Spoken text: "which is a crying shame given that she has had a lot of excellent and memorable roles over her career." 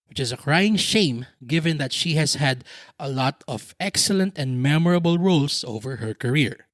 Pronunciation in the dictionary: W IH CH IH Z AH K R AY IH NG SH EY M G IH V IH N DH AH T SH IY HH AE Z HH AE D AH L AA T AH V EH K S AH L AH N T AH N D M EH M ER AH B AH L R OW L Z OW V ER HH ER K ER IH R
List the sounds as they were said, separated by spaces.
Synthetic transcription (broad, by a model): W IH CH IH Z AH K R AY IH NG SH EY M G IH V IH N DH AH T SH IY HH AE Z HH AE D AH L AA T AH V EH K S AH L AH N T AH N D M EH M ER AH B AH L R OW L S OW V ER HH ER K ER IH R